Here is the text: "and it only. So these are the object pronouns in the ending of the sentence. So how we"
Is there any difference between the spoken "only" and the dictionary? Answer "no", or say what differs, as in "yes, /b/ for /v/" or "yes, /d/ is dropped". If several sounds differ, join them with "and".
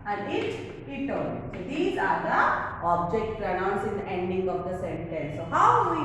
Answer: yes, /l/ is dropped